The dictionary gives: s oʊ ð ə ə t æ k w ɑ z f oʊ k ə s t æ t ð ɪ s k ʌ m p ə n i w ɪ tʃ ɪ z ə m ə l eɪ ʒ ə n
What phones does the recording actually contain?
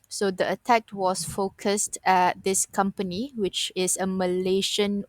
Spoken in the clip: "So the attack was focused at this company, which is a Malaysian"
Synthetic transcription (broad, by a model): s oʊ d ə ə t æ k w ɑ s f oʊ k ə s t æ t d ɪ s k ʌ m p ə n i w ɪ tʃ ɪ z ə m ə l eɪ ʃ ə n